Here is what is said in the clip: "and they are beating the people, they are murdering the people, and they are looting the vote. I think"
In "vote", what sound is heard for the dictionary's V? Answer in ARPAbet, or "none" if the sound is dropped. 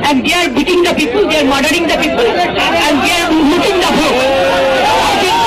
B